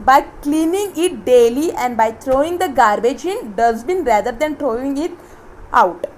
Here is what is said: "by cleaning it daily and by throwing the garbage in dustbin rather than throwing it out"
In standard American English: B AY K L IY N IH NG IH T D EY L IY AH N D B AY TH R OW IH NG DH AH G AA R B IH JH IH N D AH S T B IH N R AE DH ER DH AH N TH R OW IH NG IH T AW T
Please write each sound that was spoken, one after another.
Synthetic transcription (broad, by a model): B AY K L IY N IH NG IH T D EY L IY AH N D B AY T R OW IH NG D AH G AA R B IH JH IH N D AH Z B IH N R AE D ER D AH N T R OW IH NG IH T AW T